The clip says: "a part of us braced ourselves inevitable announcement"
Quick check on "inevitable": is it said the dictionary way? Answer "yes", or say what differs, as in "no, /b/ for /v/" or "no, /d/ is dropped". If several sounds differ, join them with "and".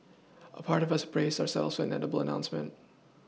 no, /n/ is dropped